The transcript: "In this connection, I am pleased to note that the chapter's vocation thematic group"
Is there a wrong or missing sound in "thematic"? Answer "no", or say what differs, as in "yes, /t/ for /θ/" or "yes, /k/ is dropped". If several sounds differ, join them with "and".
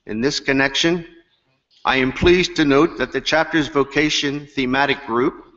no